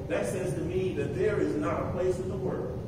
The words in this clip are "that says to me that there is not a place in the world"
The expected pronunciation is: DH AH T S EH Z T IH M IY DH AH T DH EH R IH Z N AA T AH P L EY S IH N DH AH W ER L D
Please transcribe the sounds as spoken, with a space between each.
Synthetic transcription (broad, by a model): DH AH T S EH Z T IH M IY DH AH T DH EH R IH Z N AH T AH P L EY S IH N DH AH W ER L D